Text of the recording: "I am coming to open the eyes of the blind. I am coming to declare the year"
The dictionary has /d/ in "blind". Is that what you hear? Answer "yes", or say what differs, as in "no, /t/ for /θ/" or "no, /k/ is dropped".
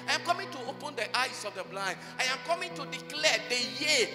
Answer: no, /d/ is dropped